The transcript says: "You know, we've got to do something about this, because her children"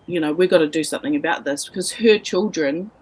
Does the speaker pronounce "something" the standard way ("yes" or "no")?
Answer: yes